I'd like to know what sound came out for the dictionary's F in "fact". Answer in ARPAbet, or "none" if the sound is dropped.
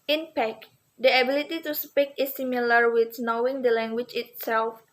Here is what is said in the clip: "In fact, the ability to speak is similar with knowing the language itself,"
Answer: P